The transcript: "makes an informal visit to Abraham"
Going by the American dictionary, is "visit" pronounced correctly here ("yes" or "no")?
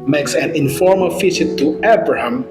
no